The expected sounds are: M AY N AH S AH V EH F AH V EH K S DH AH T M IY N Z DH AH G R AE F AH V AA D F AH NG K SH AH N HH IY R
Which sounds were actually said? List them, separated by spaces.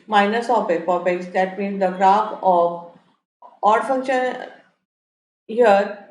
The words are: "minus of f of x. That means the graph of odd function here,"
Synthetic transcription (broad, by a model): M AY N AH S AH P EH P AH P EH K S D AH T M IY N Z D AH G R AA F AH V AA D F AH NG K SH AH N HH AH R